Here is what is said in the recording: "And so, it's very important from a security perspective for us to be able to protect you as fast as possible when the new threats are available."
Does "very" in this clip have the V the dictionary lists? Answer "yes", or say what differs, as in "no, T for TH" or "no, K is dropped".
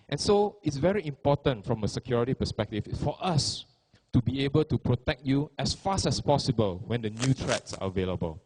yes